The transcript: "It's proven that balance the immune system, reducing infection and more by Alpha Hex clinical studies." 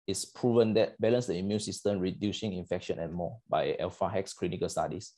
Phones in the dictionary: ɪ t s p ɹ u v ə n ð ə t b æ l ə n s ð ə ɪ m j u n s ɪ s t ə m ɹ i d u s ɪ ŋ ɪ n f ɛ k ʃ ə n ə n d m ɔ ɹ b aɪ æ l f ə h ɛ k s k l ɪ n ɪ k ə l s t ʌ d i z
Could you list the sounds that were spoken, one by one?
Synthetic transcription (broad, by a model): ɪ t s p ɹ u v ə n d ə t b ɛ l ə n s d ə ɪ m j u n s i s t ə m ɹ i d u s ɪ ŋ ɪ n f ɛ k ʃ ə n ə n m ɔ b aɪ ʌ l f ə h ɛ k s k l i n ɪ k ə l s t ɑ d i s